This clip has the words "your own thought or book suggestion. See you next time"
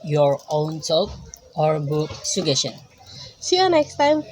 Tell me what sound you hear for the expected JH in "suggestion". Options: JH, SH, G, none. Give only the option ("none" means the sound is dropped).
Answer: none